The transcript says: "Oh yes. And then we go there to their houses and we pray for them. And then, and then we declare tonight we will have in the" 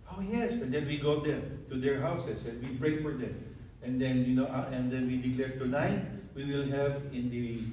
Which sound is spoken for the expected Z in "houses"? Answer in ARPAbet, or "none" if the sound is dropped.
S